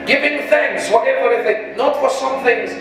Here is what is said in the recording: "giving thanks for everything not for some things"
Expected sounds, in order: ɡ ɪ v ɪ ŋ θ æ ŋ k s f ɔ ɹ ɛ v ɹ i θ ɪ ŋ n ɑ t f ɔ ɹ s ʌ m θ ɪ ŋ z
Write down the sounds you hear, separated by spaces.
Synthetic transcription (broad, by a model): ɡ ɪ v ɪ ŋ θ æ ŋ k s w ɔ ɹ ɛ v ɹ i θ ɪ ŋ n ɑ t f ɔ ɹ s ʌ m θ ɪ ŋ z